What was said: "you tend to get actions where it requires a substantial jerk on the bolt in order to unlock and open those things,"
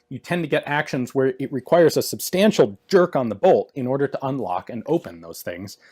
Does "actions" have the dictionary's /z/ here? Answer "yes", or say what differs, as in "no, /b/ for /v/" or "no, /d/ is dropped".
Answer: yes